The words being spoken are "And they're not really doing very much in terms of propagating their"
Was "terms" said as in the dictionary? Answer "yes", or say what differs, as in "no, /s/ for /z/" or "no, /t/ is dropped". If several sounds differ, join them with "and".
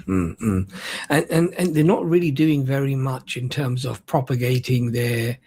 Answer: yes